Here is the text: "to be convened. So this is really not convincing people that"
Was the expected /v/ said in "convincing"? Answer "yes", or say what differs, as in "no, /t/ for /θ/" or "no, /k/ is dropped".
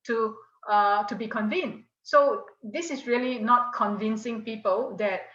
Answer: yes